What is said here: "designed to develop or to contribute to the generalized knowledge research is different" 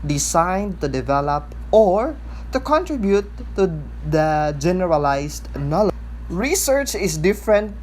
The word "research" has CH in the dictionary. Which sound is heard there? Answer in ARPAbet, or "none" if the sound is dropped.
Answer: CH